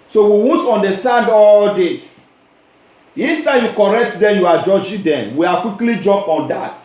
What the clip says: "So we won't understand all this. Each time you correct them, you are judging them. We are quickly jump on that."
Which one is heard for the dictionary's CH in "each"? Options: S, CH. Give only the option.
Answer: S